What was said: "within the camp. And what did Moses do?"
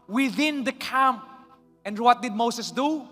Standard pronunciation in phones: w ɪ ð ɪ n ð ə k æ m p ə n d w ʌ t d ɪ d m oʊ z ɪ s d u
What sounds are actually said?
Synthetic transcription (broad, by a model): w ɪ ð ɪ n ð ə k æ m p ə n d w ʌ t d ɪ d m oʊ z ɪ s d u